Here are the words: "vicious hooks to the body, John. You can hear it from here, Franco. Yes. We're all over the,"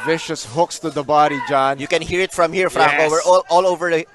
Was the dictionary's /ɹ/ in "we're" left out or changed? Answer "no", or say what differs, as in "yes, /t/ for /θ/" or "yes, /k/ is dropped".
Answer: yes, /l/ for /ɹ/